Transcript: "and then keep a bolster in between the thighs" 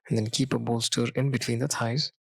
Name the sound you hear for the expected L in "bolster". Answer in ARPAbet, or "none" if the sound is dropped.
L